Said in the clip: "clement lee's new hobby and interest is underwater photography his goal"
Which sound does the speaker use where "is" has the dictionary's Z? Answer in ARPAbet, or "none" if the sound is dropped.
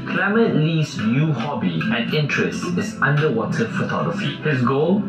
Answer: S